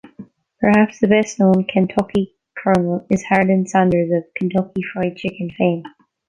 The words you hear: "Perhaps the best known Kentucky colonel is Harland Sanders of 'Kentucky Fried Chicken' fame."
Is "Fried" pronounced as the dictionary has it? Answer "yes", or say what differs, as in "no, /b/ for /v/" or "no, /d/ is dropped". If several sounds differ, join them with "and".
yes